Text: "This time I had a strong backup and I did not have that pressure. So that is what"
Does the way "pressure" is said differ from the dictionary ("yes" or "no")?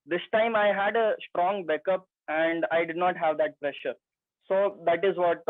no